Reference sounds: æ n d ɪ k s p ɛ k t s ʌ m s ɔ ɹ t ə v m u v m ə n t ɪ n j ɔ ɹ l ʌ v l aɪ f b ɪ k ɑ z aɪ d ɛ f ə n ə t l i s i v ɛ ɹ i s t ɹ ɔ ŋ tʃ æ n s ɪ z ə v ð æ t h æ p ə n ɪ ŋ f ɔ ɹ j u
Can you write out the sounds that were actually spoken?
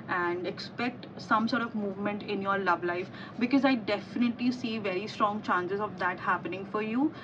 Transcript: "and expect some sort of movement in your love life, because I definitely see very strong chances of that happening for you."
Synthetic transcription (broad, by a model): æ n d ɪ k s p ɛ k t s ʌ m s ɔ ɹ t ə v m u v m ə n t ɪ n j ɔ ɹ l ʌ v l aɪ f b ɪ k ɑ z aɪ d ɛ f ə n ə t l i s i v ɛ ɹ i s t ɹ ɔ ŋ tʃ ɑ n s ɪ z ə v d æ t h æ p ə n ɪ ŋ f ɔ ɹ j u